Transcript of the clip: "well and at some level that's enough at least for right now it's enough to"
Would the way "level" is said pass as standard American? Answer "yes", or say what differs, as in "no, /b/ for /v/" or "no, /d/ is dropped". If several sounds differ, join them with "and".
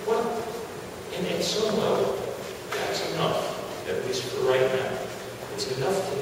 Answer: no, /v/ is dropped